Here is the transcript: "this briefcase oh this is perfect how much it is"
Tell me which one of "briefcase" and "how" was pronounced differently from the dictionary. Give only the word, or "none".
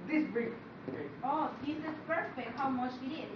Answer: briefcase